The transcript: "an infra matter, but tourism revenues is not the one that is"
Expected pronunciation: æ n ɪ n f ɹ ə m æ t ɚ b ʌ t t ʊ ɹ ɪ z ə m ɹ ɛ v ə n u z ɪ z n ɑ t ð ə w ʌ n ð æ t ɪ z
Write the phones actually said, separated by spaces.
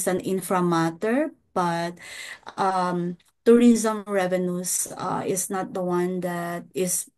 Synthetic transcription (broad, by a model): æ n ɪ n f ɹ ə m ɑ t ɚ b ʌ t t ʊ ɹ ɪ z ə m ɹ ɛ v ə n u s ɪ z n ɑ t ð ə w ʌ n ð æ t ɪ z